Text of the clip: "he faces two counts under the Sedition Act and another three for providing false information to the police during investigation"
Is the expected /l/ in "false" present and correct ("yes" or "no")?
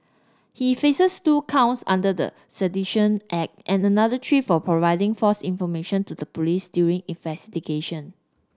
no